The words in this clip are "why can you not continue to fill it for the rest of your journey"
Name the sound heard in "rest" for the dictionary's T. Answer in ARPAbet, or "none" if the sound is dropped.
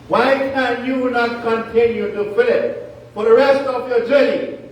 T